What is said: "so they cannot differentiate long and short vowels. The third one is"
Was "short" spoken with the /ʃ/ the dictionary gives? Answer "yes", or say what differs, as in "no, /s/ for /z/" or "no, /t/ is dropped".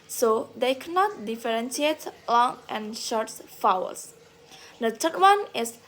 yes